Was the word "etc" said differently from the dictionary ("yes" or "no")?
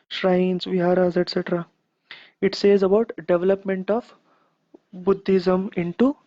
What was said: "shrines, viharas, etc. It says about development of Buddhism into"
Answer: no